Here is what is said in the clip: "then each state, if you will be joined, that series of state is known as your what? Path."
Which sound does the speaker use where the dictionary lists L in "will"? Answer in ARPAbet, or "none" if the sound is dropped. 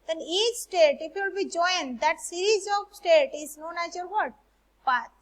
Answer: L